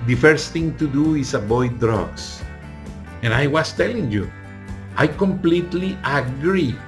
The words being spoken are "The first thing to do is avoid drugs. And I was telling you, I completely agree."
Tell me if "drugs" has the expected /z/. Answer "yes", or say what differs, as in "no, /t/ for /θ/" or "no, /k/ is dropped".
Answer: no, /s/ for /z/